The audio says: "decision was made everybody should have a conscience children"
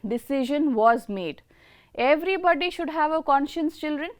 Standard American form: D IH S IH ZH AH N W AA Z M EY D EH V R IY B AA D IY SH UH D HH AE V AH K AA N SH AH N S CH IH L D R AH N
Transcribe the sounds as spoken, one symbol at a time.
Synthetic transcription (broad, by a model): D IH S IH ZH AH N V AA Z M EY D EH V R IY B AA D IY SH UH D HH AE V AH K AA N SH AH N S CH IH L D R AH N